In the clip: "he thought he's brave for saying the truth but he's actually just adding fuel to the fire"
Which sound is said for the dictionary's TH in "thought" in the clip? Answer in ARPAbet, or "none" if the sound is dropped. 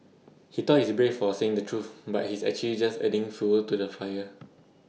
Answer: T